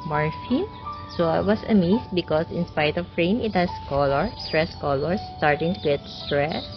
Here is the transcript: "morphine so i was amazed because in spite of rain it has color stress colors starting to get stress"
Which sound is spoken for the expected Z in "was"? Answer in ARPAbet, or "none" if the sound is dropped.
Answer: S